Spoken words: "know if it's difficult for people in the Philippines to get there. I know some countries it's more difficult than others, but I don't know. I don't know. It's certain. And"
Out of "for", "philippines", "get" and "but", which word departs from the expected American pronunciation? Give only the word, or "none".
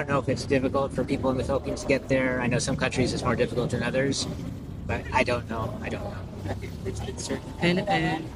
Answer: philippines